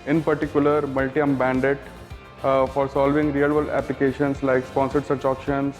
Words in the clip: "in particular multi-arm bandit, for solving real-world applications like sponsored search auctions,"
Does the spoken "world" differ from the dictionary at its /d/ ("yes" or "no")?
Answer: yes